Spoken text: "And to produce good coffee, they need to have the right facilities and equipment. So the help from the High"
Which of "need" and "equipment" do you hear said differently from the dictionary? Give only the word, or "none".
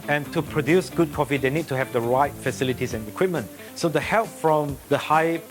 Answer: none